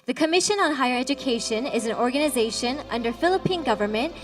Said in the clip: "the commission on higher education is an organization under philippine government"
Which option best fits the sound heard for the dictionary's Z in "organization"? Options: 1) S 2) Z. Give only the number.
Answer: 2